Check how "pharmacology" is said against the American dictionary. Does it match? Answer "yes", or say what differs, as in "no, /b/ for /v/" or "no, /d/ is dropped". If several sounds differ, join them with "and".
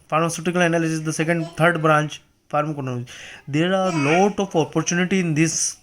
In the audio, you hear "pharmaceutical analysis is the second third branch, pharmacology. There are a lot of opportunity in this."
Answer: no, /n/ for /l/